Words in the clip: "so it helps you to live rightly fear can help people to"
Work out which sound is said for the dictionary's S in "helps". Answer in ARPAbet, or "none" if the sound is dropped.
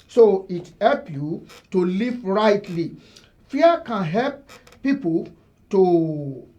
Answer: none